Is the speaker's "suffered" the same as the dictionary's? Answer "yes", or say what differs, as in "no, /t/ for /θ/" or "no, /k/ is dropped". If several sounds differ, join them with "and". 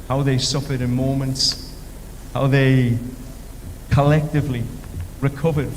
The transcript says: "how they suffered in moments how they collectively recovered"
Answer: yes